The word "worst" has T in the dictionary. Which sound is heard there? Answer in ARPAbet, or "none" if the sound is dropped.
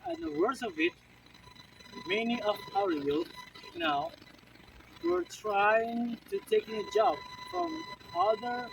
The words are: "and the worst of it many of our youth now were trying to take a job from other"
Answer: none